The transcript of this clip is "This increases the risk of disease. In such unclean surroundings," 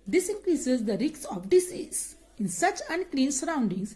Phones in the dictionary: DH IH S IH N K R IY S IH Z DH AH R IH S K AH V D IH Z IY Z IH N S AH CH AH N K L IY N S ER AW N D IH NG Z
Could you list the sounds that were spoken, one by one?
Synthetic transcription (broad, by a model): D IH S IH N K R IY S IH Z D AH R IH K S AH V D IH S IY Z IH N S AH CH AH N K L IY N S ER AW N D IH NG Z